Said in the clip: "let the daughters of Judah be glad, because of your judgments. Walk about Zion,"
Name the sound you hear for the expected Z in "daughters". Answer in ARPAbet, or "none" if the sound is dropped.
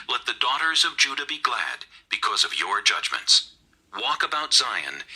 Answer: Z